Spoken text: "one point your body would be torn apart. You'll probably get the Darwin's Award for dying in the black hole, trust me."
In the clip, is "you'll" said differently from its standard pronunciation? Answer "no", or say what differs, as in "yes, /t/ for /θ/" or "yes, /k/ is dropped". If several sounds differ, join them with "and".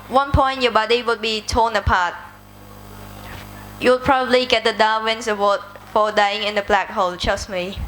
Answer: yes, /w/ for /l/